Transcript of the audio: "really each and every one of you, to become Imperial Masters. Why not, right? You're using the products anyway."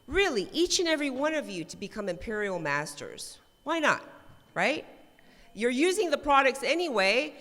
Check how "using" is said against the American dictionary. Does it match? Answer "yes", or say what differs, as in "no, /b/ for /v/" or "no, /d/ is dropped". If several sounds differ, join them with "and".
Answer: yes